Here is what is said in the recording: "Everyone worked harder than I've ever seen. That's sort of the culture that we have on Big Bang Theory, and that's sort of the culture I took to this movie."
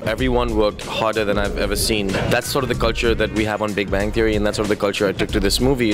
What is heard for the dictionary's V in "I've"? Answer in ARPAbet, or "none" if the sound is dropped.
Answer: V